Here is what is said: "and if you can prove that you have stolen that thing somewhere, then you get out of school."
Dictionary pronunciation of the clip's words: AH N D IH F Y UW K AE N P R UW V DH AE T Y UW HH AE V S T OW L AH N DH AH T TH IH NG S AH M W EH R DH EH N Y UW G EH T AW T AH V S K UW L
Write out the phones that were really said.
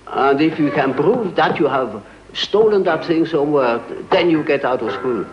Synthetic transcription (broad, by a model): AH N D IH F Y UW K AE N P R UW V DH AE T Y UW HH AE V S T OW L AH N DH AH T TH IH NG S AH M W EH R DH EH N Y UW G EH T AW T AH V S K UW L